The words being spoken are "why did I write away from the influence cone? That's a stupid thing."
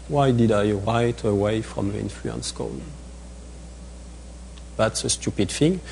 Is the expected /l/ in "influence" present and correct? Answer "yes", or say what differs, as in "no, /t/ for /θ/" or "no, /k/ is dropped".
yes